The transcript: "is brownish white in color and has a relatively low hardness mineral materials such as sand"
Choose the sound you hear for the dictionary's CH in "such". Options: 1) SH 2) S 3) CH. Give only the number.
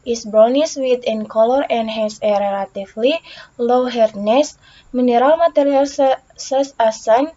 2